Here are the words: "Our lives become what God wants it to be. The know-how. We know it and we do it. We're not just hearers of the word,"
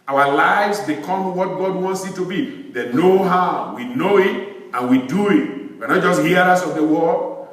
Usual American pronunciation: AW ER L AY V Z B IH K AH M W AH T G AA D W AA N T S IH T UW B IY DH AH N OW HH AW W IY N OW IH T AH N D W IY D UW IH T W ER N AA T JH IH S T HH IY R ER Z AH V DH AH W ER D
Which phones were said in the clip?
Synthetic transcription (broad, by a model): AW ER L AY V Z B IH K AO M W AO T G AA D W AA N T S IH T UW B IY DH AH N OW HH AW W IY N OW IH T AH N W IY D UW IH T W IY N AA T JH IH S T HH IY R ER S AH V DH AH W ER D